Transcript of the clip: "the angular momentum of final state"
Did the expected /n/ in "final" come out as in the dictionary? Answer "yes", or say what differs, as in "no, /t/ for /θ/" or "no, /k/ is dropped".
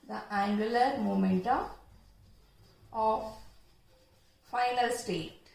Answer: yes